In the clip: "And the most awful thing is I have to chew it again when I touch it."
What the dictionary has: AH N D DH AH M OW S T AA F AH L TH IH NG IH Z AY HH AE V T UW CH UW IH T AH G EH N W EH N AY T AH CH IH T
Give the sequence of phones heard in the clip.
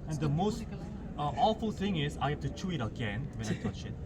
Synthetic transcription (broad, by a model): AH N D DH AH M OW S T AA F AH L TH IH NG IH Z AY HH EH F T UW CH UW IH T AH G EH N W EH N AY T AH CH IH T